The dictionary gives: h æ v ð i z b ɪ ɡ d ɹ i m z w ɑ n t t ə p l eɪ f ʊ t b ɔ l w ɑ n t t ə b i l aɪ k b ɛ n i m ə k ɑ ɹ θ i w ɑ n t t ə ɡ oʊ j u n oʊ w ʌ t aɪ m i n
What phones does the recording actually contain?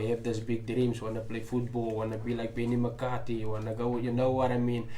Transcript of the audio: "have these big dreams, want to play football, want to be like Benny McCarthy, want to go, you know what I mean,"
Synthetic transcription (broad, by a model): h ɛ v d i s b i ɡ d ɹ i m s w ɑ n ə p l eɪ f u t b ɔ l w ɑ n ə b i l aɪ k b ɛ n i m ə k ɑ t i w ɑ n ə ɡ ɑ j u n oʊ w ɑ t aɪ m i n